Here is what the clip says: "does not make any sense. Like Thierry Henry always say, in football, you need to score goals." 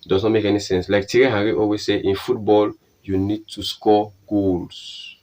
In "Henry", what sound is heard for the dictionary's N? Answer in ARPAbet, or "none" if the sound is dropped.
none